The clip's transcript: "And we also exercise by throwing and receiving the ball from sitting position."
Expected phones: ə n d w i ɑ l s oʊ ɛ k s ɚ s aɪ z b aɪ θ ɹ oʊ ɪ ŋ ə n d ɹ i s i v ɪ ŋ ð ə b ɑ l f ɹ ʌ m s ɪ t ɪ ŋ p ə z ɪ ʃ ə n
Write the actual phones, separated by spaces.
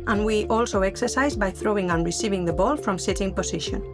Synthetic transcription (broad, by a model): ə n w i ɑ l s oʊ ɛ k s ɚ s aɪ z b aɪ θ ɹ oʊ ɪ ŋ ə n ɹ i s i v ɪ ŋ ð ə b ɑ l f ɹ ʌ m s ɪ t ɪ ŋ p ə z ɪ ʃ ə n